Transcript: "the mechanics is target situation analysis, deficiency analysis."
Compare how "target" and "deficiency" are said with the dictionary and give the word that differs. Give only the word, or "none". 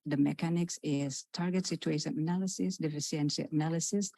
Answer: deficiency